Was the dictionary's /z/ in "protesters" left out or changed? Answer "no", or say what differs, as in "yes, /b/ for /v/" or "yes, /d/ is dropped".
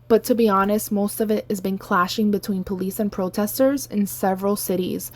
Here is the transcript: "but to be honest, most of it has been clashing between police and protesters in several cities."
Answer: no